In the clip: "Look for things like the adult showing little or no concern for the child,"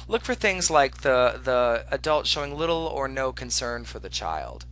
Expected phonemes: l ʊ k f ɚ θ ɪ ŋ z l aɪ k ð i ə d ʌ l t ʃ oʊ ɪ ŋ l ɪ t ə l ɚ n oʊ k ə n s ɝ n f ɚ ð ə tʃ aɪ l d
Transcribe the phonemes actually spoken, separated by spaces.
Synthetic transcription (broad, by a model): l ʊ k f ɚ θ ɪ ŋ z l aɪ k ð i ə d ʌ l t ʃ oʊ ɪ ŋ l ɪ t l ɚ n oʊ k ə n s ɝ n f ɚ ð ə tʃ aɪ l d